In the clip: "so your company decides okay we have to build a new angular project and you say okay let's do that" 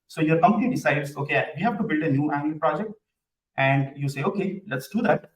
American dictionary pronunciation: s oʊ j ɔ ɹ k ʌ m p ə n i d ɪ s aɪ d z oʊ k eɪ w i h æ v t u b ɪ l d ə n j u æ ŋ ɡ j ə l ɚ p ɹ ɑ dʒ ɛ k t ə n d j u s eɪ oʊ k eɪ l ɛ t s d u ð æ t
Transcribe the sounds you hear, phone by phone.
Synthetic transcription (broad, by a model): s oʊ j ɔ ɹ k ʌ m p ə n i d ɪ s aɪ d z oʊ k eɪ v i h æ v t u b ɪ l d ə n j u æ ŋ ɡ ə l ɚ p ɹ ɑ dʒ ɛ k t ə n d j u s eɪ oʊ k eɪ l ɛ t s d u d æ t